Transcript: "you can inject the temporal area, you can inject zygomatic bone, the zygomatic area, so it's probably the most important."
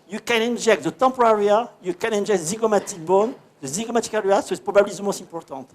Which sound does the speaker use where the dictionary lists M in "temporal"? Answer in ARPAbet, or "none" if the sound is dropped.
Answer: none